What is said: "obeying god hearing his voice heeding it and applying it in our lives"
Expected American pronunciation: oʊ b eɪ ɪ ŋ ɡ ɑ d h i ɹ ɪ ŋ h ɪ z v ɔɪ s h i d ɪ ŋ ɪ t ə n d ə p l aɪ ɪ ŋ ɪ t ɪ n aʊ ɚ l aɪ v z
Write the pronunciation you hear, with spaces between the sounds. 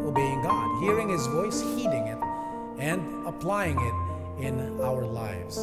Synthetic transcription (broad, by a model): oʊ b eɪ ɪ ŋ ɡ ɑ d h i ɹ ɪ ŋ h ɪ z v ɔɪ s h i d ɪ ŋ ɪ t ə n d ə p l aɪ ɪ ŋ ɪ t ɪ n aʊ ɚ l aɪ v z